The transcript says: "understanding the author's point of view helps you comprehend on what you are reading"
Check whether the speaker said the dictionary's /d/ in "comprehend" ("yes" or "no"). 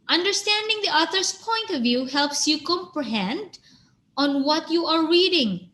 yes